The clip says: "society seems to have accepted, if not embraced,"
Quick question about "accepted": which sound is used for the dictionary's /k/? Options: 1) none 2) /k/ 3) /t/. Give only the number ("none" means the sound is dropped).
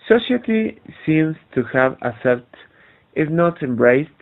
1